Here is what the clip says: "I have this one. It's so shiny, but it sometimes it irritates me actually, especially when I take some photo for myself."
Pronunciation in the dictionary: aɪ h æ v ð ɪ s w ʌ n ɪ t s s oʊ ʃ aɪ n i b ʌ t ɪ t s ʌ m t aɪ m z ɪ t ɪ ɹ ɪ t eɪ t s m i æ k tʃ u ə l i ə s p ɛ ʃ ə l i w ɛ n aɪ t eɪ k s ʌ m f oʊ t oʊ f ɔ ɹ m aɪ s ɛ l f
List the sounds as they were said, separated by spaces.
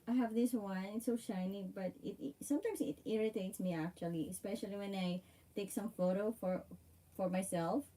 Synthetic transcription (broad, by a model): aɪ h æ v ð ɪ s w ʌ n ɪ t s s oʊ ʃ aɪ n i b ʌ t ɪ t s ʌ m t aɪ m s ɪ t ɪ ɹ ɪ t eɪ t s m i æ k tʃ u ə l i ə s p ɛ ʃ ə l i w ɛ n aɪ t eɪ k s ʌ m f oʊ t oʊ f ɔ ɹ m aɪ s ɛ l f